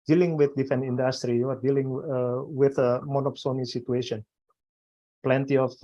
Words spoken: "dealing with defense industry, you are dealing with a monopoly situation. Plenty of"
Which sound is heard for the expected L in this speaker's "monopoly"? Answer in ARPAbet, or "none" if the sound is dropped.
N